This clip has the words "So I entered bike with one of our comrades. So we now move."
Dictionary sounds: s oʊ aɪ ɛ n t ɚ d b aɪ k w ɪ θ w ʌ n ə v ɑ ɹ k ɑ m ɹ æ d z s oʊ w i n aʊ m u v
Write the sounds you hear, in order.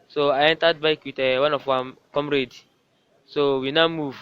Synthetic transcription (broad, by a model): s oʊ aɪ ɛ n t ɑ d b aɪ k w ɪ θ w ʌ n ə w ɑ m k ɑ m ɹ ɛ d s oʊ w i n aʊ m u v